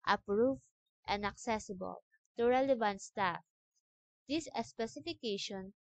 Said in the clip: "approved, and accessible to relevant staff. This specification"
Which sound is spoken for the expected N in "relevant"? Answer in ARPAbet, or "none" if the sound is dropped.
N